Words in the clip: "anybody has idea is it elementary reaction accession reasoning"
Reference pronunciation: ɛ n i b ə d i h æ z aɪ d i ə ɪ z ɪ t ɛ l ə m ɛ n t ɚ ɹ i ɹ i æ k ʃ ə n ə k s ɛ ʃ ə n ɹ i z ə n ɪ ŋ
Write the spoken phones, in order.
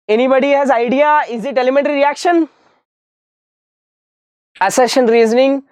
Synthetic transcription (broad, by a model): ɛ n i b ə d i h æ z aɪ d i ə ɪ z ɪ t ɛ l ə m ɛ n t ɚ ɹ i ɹ i æ k ʃ ə n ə s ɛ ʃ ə n ɹ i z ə n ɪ ŋ